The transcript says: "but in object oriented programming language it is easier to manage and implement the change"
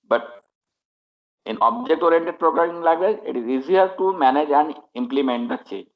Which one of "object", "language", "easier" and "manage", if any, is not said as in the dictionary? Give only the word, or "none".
language